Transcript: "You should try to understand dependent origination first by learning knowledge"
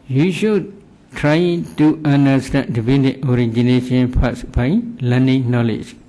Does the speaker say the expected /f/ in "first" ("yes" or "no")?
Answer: no